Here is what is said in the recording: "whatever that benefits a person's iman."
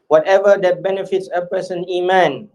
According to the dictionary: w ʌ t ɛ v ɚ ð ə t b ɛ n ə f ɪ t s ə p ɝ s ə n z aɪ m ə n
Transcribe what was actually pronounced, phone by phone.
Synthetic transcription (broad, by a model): w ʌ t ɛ v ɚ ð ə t b ɛ n ə f ɪ t s ə p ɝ s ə n i m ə n